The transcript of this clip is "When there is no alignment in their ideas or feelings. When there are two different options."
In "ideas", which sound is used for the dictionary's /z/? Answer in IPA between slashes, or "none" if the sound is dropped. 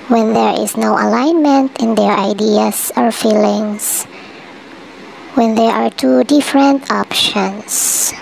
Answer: /s/